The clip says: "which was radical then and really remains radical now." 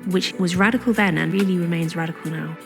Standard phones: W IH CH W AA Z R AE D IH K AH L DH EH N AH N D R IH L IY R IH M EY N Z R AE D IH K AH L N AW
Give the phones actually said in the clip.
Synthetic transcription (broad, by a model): W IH CH W AA Z R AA D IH K AH L DH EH N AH N R IH L IY R IH M EY N Z R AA D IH K AH L N AW